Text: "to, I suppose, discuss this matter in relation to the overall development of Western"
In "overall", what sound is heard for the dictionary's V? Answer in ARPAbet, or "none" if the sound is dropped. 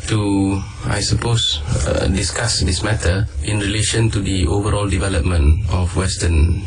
V